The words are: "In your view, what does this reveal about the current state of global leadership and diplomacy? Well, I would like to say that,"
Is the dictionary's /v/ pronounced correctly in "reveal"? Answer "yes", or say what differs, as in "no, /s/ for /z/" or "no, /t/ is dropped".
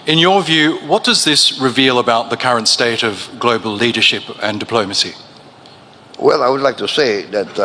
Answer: yes